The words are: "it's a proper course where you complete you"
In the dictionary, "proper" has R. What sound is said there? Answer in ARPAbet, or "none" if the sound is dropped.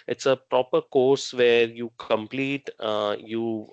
R